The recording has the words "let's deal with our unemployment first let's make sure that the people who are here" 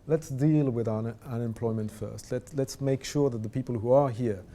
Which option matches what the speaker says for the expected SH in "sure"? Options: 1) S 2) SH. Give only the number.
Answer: 2